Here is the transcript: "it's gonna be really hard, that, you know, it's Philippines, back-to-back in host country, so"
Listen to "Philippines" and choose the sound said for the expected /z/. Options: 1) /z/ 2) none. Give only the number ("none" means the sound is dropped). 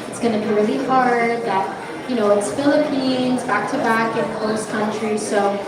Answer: 1